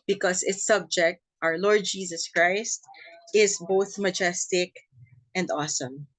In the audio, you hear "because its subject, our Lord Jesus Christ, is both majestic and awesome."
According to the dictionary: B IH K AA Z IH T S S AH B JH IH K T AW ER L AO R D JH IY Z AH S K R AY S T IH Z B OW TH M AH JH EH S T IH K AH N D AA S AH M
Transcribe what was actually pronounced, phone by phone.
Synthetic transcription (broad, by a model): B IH K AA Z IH T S S AH B JH IH K T AW ER L AO R D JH IY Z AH S K R AY S T IH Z B OW TH M AH JH EH S T IH K AH N D AA S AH M